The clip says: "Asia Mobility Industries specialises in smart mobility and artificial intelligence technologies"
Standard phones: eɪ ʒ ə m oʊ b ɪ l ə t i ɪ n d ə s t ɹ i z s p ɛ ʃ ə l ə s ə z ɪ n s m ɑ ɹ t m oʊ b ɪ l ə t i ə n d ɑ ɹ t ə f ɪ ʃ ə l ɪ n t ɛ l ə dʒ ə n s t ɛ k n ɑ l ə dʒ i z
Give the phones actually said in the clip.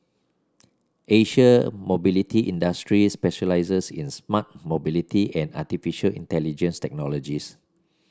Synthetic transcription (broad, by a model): eɪ ʃ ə m oʊ b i l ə t i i n d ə s t ɹ i s p ɛ ʃ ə l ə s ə s ɪ n s m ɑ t m oʊ b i l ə t i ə n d ɑ t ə f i ʃ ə l ɪ n t ɛ l ə dʒ ə n s t ɛ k n ɑ l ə dʒ i s